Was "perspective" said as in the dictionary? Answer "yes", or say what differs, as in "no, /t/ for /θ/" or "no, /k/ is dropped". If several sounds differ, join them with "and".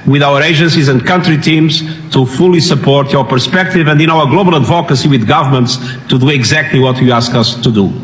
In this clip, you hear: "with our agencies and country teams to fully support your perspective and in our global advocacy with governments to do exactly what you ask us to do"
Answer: yes